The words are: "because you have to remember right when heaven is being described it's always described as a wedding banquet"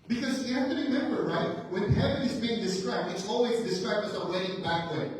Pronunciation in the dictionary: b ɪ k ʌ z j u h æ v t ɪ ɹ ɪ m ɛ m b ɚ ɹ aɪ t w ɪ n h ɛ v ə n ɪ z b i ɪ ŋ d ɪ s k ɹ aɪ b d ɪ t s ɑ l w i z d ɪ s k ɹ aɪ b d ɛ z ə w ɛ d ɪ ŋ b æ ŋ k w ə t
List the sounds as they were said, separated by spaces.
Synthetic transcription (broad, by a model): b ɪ k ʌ z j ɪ h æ f t ɪ ɹ ɪ m ɛ m b ɚ ɹ aɪ t w ɪ n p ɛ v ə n ɪ z b i ɪ ŋ d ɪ s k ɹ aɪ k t ɪ t s ɑ l w i z d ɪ s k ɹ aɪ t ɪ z ə w ɛ d ɪ ŋ b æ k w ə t